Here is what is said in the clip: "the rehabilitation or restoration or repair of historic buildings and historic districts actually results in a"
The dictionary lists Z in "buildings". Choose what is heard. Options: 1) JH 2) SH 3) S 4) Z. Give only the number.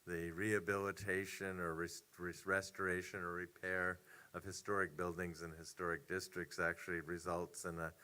4